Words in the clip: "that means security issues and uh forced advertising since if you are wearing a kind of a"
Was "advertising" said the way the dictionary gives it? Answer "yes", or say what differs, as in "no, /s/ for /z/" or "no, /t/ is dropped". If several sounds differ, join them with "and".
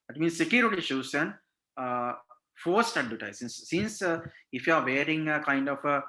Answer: no, /v/ is dropped and /s/ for /z/